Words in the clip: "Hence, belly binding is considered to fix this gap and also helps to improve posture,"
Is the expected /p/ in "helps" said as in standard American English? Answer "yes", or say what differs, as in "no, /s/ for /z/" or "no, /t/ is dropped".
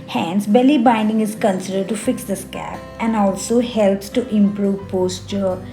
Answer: yes